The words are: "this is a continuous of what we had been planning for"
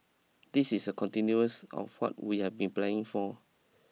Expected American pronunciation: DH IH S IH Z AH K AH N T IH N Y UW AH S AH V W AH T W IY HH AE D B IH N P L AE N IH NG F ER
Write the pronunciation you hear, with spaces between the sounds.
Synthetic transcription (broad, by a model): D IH S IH S AH K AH N T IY N Y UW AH S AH F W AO T W IY HH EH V B IH N P L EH IH NG F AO